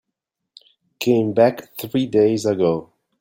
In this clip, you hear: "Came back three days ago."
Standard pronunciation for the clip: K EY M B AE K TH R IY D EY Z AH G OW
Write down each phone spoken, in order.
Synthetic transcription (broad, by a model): K EY M B AE K TH R IY D EY Z AH G OW